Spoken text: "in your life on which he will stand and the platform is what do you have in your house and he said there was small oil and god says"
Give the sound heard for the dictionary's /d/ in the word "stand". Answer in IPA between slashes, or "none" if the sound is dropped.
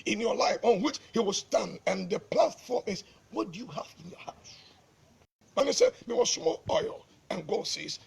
/d/